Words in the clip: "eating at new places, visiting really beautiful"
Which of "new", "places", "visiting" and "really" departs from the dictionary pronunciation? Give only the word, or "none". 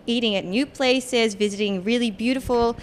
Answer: none